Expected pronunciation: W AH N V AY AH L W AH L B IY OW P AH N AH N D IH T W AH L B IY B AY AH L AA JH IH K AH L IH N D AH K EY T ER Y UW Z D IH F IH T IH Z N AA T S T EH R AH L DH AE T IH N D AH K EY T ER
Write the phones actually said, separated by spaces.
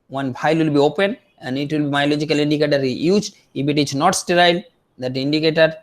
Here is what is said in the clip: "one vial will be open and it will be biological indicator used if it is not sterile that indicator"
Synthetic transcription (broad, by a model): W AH N B AY L W AH L B IY OW P AH N AH N D IH T W AH L B IY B AY L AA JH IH K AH L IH N D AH K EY T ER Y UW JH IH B IH T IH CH N AA T S T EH R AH L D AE T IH N D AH K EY T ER